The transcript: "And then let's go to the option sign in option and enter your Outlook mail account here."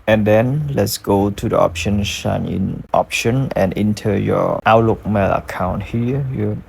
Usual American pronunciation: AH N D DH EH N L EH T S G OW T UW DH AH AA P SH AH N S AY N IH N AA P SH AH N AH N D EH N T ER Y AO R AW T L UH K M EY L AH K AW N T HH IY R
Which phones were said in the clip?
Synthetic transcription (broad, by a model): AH N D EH N L EH T S G OW T UW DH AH AA P SH AH N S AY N IH N AA P SH AH N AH N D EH N T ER Y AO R AW T L UH K M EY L AH K AW N T HH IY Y